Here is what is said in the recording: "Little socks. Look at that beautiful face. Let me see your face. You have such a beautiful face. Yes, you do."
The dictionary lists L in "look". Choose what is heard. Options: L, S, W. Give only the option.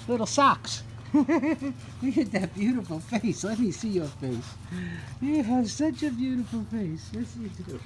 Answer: W